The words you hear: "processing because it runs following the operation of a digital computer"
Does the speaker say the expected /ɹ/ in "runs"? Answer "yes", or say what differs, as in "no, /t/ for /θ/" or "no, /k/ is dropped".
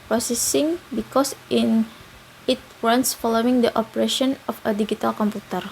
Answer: no, /w/ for /ɹ/